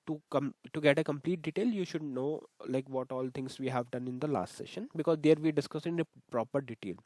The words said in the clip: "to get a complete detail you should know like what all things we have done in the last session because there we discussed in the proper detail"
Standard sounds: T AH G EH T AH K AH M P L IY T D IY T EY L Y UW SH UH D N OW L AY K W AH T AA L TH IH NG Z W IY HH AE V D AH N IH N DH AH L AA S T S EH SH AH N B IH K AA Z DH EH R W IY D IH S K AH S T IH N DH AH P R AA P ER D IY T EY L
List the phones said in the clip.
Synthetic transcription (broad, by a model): T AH G EH T AH K AH M P L IY T D IY T EY L Y UW SH UH D N OW L AY K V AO T AA L T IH NG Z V IY HH AE V D AH N IH N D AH L AA S T S EH SH AH N B IH K AA Z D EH R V IY D IH S K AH S IH N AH P R AA P ER D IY T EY L